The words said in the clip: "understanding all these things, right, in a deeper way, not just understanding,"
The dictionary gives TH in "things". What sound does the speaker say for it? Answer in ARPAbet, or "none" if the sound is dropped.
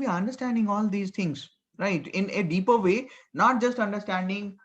T